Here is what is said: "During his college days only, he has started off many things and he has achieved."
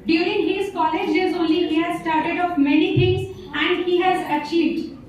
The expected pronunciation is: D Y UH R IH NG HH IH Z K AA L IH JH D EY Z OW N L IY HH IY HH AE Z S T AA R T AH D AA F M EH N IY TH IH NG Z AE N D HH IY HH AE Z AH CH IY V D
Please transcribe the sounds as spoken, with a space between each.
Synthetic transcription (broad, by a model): D Y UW R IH NG HH IH Z K AA L IH JH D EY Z OW N L IY HH IY HH AE Z S T AA R T AH D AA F M EH N IY T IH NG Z AE N D HH IY HH AE Z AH CH IY V D